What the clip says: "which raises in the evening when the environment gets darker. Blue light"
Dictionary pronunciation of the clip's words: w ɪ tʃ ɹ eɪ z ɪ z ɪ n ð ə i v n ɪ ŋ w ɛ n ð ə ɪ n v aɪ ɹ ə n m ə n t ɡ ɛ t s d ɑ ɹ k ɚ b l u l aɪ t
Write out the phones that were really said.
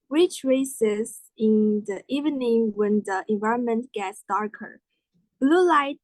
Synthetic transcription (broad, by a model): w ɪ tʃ ɹ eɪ s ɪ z ɪ n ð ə i v n ɪ ŋ w ɛ n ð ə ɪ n v aɪ ɹ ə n m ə n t ɡ ɛ t s d ɑ ɹ k ɚ b l u l aɪ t